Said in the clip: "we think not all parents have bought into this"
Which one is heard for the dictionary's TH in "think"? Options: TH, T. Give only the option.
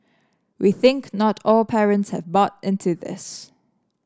TH